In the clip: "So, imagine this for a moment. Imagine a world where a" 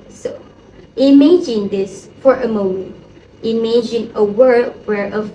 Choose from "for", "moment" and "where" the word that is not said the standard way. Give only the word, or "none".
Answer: none